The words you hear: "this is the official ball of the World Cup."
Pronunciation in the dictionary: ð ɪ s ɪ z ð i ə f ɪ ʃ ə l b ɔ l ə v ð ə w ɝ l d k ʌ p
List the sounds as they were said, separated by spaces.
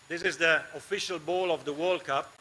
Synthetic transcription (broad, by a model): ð ɪ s ɪ z ð i ə f ɪ ʃ ə l b ɔ l ə v ð ə w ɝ l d k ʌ p